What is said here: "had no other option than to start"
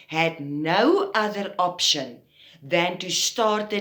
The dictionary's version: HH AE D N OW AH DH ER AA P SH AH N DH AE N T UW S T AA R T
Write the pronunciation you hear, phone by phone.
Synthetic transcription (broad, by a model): HH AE D N OW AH DH ER AA P SH AH N DH AE N T UW S T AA R T